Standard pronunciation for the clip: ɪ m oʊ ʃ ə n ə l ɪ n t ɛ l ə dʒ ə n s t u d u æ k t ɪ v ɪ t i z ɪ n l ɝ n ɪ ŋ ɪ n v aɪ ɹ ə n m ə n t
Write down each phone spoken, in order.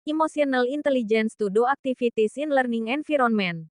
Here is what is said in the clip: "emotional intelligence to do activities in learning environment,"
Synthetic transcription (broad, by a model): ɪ m oʊ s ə n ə l ɪ n t ɛ l ə dʒ ə n s t u d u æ k t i f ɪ t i s ɪ n l ɝ n ɪ ŋ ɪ n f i ɹ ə n m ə n